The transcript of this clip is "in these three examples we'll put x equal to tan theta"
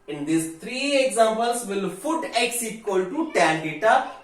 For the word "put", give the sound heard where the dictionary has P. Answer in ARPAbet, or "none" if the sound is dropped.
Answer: F